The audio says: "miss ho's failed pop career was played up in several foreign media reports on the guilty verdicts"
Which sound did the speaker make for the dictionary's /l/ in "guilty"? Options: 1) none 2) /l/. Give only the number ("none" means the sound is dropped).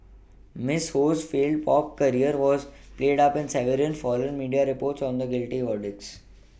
2